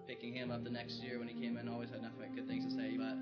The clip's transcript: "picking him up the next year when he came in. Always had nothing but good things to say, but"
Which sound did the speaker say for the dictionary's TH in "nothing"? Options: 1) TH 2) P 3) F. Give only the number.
3